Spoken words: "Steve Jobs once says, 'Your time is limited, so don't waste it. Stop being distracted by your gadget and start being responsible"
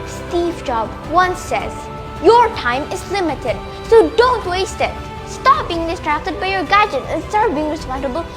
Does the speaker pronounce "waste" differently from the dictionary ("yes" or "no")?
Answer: no